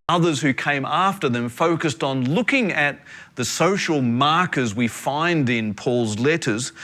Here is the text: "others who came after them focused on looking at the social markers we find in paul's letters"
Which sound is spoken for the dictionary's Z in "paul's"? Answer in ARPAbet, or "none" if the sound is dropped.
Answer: Z